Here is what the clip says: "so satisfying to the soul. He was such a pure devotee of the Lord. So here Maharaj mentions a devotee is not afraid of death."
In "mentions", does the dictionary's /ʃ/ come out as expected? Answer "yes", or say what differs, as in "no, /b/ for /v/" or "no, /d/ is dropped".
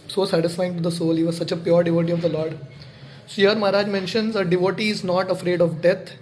yes